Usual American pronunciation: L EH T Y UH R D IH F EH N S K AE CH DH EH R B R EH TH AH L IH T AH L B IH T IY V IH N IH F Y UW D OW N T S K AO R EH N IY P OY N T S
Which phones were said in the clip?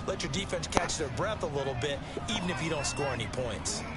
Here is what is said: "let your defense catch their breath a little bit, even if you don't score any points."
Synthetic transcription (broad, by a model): L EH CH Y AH R D IH F EH N S K AE CH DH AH R B R EH TH AH L IH T L B IH T IY V IH N IH F Y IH D OW N T S K AO R EH N IY P OY N T S